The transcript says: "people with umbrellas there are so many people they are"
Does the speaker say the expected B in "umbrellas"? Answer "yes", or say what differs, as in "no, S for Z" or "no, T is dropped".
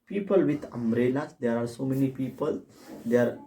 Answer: no, B is dropped